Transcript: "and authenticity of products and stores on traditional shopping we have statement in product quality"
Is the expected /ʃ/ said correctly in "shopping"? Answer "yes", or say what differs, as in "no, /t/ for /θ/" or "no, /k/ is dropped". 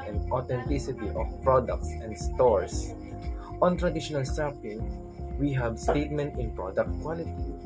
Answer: no, /s/ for /ʃ/